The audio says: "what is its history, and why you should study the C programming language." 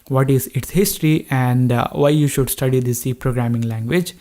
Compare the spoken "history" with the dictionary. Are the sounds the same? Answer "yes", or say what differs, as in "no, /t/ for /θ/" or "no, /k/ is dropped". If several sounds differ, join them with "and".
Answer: yes